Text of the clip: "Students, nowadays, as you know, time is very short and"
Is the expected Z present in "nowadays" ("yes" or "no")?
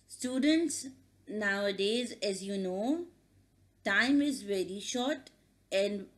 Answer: yes